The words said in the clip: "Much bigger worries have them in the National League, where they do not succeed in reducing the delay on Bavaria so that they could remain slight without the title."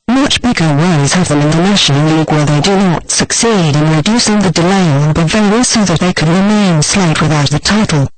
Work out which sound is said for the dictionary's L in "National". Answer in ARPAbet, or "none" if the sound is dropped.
N